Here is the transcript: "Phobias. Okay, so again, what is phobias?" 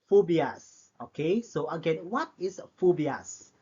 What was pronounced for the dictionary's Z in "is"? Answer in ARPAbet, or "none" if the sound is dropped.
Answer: S